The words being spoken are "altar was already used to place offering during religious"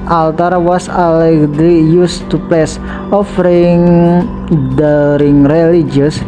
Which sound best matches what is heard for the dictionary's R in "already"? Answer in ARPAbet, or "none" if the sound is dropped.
none